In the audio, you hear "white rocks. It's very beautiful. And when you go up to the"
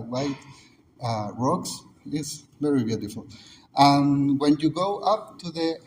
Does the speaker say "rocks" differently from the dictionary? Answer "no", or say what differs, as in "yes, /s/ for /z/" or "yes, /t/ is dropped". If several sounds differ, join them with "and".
no